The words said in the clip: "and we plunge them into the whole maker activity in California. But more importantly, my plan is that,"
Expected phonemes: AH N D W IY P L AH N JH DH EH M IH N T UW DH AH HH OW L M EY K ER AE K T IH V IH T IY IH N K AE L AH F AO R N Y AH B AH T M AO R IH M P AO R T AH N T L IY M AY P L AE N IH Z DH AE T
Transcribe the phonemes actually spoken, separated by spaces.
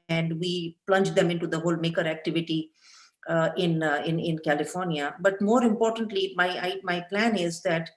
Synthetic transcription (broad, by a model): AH N D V IY P L AH N JH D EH M IH N T UW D AH HH OW L M EY K ER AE K T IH V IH T IY IH N K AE L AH F AO R N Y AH B AH T M AO R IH M P AO R T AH N T L IY M AY P L AE N IH Z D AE T